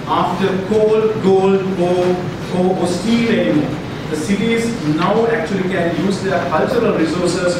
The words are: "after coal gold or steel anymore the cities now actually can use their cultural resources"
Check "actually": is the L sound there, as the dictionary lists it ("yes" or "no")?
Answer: yes